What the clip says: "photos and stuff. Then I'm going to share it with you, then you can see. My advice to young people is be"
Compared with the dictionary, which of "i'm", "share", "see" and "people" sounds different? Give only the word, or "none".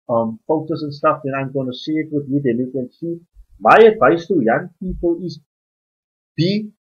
share